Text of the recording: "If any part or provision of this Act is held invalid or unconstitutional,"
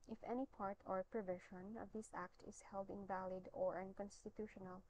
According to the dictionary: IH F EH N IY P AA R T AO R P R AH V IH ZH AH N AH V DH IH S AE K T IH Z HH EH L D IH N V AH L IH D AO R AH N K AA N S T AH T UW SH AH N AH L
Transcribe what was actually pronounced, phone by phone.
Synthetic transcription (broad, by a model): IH F EH N IY P AA R T AO R P R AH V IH SH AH N AH V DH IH S AE K T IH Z HH EH L D IH N V AH L IH D AO R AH N K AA N S T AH T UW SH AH N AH L